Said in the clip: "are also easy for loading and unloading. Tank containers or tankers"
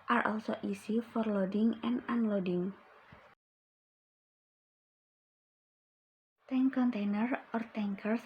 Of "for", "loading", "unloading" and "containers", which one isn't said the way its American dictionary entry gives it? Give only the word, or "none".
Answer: containers